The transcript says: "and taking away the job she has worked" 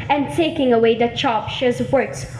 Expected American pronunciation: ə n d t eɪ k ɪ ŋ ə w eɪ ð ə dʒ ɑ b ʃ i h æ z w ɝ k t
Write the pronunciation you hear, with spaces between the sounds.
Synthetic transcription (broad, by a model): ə n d t eɪ k ɪ ŋ ə w eɪ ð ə tʃ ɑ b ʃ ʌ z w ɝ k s